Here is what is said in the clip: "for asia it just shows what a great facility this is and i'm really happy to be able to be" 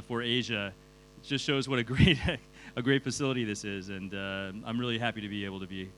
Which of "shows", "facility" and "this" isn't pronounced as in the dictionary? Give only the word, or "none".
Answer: none